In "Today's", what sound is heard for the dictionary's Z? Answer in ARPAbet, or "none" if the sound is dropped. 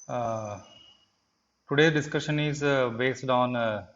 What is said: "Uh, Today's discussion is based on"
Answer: none